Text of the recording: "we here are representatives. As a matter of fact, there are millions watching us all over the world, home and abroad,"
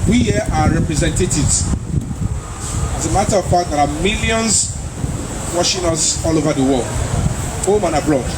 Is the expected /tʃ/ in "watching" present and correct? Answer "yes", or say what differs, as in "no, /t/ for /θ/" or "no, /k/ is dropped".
no, /ʃ/ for /tʃ/